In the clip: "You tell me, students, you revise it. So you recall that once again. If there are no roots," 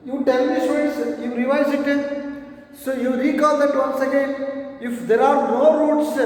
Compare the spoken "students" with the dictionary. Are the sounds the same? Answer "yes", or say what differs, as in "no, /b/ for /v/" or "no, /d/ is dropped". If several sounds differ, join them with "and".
no, /n/ is dropped